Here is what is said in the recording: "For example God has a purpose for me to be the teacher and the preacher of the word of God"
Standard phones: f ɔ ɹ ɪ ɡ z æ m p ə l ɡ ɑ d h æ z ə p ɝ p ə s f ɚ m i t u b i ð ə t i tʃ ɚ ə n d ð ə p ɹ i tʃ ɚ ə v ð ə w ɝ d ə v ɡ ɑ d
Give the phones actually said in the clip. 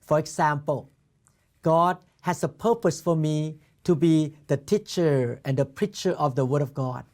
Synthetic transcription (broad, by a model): f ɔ ɹ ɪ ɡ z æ m p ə l ɡ ɑ d h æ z ə p ɝ p ə s f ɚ m i t u b i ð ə t i tʃ ɚ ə n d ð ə p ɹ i tʃ ɚ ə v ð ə w ɝ d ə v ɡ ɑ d